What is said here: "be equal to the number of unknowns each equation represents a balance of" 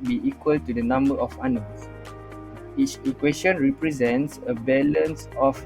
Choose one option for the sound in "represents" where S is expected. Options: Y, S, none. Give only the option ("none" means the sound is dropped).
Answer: S